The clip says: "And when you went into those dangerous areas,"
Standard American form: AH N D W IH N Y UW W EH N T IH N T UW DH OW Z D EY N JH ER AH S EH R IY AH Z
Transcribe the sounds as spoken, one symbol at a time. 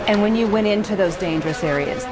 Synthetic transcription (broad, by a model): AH N W IH N Y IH W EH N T IH N T UW DH OW Z D EY N JH ER AH S EH R IY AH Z